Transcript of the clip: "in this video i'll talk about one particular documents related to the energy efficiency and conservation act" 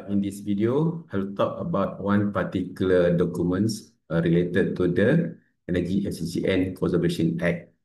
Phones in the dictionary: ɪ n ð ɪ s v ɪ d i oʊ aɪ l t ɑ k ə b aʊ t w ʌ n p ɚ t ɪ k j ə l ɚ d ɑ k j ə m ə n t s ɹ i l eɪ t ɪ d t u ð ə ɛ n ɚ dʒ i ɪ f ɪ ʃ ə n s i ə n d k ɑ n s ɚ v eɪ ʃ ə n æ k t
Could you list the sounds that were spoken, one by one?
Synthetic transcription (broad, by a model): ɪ n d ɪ s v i d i oʊ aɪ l t ɑ k ə b aʊ t w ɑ n p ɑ t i k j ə l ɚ d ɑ k j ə m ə n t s ɹ i l eɪ t ɪ d t u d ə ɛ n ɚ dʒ i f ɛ s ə s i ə n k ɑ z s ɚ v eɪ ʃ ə n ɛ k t